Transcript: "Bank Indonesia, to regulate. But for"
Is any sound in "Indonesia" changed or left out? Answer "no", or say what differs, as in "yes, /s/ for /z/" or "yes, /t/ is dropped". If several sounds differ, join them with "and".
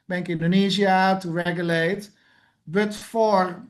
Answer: yes, /z/ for /ʒ/